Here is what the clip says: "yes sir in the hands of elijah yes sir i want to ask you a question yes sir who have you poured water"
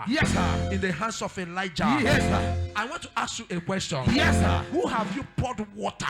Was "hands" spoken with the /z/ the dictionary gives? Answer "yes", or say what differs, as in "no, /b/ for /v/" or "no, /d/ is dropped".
no, /s/ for /z/